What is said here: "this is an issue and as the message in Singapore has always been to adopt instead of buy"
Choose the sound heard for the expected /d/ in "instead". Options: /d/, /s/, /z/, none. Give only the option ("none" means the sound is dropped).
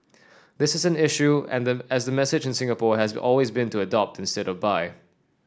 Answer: /d/